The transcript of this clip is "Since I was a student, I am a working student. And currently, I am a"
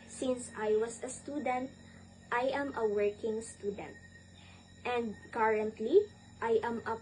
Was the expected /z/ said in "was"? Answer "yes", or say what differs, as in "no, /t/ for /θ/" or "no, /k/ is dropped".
no, /s/ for /z/